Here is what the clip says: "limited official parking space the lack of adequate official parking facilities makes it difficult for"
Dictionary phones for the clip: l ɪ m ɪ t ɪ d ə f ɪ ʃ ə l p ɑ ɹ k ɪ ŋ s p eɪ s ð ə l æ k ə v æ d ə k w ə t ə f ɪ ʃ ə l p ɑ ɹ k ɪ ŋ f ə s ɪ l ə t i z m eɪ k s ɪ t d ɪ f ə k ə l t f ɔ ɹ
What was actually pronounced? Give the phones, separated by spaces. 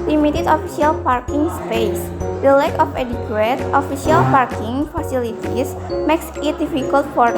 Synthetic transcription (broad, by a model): l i m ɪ t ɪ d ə f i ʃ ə l p ɑ ɹ k ɪ ŋ s p eɪ s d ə l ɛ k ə f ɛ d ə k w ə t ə f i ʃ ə l p ɑ ɹ k ɪ ŋ f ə s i l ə t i s m eɪ k s ɪ t d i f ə k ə l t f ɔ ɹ